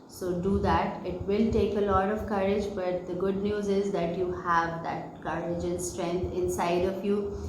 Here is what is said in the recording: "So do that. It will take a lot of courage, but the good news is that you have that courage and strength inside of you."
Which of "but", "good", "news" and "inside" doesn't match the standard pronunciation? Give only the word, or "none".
none